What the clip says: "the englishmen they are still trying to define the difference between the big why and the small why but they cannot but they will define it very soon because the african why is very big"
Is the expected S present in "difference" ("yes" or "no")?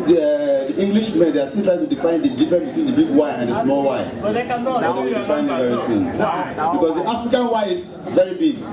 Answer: no